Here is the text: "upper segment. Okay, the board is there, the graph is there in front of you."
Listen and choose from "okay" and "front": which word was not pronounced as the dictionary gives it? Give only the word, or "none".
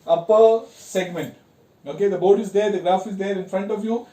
none